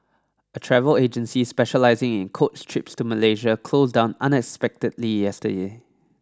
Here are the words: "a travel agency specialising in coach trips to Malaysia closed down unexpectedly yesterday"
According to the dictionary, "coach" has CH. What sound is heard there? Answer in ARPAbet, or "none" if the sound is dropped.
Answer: S